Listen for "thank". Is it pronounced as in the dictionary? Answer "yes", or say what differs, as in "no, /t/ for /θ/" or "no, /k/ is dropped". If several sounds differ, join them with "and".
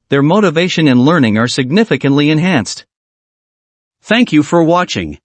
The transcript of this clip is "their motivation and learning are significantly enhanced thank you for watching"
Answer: yes